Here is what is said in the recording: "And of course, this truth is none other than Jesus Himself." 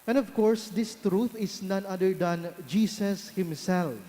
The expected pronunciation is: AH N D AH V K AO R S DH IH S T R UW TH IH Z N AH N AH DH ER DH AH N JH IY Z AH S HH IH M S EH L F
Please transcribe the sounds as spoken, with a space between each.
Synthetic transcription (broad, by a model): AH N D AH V K AO R S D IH S T R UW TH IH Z N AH N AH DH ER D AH N JH IY S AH S HH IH M S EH L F